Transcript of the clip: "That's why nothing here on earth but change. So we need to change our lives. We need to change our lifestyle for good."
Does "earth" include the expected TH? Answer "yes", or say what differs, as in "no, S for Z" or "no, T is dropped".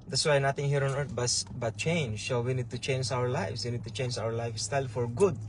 no, S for TH